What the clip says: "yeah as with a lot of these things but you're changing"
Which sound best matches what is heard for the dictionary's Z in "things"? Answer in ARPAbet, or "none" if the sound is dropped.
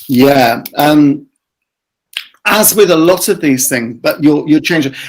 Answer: Z